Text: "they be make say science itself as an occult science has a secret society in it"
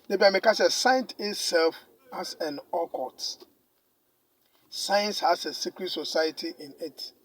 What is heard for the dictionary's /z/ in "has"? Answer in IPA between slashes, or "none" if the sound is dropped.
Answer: /s/